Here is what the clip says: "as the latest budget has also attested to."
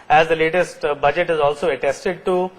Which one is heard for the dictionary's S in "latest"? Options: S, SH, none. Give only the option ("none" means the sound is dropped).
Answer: S